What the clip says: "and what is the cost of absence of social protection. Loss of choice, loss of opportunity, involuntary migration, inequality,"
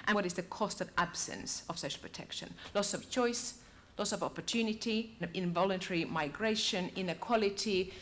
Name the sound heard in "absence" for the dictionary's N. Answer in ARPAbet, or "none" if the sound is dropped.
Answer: N